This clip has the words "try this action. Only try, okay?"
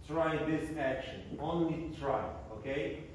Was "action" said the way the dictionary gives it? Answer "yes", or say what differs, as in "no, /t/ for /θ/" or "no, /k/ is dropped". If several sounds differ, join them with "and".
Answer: yes